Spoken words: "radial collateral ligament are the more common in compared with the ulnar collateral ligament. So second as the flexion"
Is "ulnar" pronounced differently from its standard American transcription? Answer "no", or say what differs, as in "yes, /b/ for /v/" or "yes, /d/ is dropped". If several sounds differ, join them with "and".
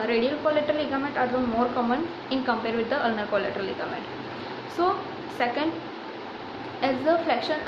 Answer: no